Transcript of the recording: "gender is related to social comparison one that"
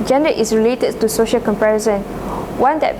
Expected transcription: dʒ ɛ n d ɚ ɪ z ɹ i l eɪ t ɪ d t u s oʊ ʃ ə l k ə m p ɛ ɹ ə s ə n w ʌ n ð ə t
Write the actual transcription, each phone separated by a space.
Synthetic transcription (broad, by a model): dʒ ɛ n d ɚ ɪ s ɹ i l eɪ t ɪ d t u s oʊ ʃ ə l k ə m p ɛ ɹ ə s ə n w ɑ n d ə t